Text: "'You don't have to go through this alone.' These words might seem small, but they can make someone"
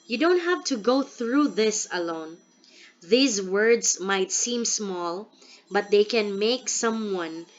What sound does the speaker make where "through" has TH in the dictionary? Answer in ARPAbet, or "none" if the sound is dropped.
TH